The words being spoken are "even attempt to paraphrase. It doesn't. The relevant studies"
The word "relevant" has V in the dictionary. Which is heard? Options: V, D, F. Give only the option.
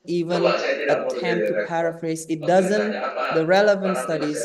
V